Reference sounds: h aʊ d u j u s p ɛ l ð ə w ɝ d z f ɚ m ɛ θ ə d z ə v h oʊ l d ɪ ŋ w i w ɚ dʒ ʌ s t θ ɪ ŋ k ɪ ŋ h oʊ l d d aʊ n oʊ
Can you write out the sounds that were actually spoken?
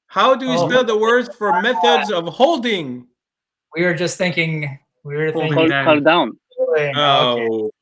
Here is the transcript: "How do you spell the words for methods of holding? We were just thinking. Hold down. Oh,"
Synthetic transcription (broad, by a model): h aʊ d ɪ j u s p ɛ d ð ə w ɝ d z f ɚ m ɛ θ ə d z ə v h oʊ l d ɪ ŋ w i w ɚ dʒ ʌ s t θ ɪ ŋ k ɪ ŋ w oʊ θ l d aʊ n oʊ